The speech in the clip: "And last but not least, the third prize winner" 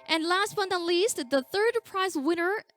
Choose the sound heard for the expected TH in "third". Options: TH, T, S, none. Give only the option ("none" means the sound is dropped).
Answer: TH